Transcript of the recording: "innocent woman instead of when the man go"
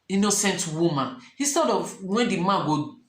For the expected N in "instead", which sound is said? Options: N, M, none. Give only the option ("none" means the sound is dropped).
none